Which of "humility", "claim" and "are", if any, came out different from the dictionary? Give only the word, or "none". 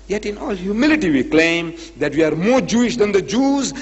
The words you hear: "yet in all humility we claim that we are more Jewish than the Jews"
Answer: none